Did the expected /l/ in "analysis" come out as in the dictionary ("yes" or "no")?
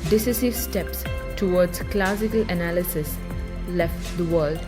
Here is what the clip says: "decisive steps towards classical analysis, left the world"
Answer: yes